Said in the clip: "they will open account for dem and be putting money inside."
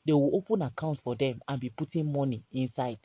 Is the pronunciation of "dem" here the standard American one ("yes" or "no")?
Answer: yes